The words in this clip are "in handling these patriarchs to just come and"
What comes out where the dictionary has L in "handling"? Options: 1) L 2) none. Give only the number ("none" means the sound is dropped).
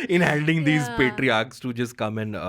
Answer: 2